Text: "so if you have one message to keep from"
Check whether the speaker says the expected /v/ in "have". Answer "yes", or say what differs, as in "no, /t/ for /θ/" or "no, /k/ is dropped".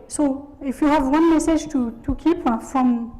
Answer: yes